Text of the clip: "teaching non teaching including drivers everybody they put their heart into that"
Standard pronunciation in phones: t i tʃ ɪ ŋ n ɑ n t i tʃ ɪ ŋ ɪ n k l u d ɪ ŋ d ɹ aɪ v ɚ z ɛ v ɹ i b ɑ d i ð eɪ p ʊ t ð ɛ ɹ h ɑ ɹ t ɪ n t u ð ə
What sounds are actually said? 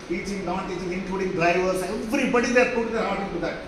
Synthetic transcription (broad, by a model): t i tʃ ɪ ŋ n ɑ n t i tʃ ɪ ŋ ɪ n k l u d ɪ ŋ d ɹ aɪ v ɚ s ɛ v ɹ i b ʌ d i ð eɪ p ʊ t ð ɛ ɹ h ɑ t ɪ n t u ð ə